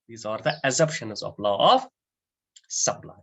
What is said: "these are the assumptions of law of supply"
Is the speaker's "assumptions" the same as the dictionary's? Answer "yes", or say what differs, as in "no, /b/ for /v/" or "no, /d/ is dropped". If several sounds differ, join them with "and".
no, /m/ is dropped